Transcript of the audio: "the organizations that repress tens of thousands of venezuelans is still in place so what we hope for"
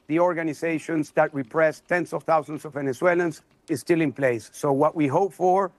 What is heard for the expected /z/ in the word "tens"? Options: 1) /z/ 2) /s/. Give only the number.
2